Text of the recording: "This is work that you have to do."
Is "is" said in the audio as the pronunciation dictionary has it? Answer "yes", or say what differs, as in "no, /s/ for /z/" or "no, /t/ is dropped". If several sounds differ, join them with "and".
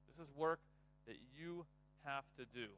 yes